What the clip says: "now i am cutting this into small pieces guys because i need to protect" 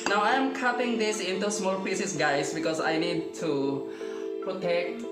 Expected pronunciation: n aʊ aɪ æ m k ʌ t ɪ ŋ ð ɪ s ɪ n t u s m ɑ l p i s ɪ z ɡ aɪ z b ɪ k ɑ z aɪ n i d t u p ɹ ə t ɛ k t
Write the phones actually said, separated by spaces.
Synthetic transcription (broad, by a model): n aʊ aɪ m k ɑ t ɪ ŋ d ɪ s ɪ n t u s m ɑ l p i s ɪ s ɡ aɪ s b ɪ k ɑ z aɪ n i d t u p ɹ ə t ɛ k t